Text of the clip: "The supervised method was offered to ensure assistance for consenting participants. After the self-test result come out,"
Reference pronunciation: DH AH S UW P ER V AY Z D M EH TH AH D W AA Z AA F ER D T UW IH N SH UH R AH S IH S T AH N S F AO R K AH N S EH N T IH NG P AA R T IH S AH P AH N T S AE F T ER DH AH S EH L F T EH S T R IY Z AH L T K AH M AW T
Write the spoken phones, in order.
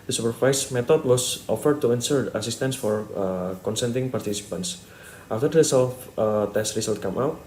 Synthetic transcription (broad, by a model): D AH S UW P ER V AY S M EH T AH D W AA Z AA F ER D T UW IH N S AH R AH S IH S T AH N S F AO R K AH N S EH N T IH NG P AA R T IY S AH P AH N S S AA F T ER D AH S EH L F T EH S T R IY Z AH L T K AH M AW T